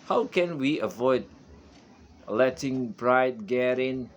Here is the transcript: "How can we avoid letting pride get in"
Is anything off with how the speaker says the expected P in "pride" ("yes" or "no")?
yes